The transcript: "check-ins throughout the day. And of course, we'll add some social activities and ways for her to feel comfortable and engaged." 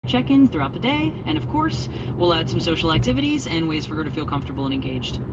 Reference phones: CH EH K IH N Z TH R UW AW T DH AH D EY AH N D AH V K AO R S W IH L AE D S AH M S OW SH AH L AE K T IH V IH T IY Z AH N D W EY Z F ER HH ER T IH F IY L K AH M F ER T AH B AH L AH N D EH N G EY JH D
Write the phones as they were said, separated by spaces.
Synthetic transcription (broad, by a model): CH EH K IH N Z TH R UW AW T DH AH D EY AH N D AH V K AO R S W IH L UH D S AH M S OW SH L AE K T IH V IH T IY Z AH N W EY Z F ER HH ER T IH F IY L K AH M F T AH B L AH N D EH N G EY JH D